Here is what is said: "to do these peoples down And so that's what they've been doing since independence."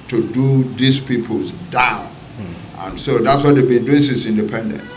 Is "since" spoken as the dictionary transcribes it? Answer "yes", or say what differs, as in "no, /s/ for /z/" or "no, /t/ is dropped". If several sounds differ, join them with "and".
no, /n/ is dropped